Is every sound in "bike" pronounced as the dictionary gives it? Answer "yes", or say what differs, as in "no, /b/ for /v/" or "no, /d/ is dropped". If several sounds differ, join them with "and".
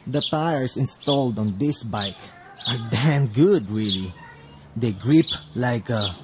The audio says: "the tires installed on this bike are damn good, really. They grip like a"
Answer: yes